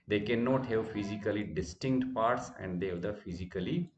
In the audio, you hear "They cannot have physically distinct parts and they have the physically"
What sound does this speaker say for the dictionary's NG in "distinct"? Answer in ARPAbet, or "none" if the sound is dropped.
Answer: NG